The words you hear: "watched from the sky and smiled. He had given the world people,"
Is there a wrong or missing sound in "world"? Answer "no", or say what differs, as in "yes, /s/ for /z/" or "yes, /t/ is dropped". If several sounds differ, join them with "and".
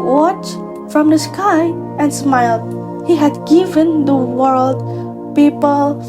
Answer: no